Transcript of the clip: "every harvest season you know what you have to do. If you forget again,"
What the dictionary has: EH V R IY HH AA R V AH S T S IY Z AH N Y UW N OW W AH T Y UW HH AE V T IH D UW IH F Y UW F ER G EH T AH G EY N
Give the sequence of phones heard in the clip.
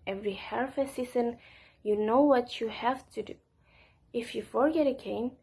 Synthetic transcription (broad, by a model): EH V R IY HH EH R F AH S S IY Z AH N Y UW N OW W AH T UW HH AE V T IH D UW IH F Y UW F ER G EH T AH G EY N